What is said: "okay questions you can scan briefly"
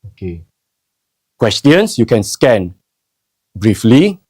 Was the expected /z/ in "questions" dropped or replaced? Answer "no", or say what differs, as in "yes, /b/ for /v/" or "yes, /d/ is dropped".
yes, /s/ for /z/